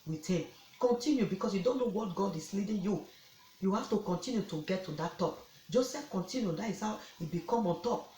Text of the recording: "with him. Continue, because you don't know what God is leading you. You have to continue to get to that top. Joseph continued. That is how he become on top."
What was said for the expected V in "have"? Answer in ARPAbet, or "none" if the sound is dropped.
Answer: F